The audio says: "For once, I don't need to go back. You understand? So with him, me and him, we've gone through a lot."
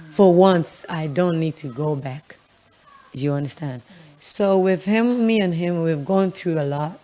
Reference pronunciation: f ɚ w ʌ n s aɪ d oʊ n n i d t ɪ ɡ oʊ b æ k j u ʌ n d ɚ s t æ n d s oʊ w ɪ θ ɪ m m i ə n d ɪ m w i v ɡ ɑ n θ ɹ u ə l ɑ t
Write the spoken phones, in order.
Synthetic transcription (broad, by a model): f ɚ w ʌ n s aɪ d oʊ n n i d t ɪ ɡ oʊ b æ k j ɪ ʌ n d ɚ s t æ n d s oʊ w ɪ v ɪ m m i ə n ɪ m w i v ɡ ɑ n θ ɹ u ə l ɑ t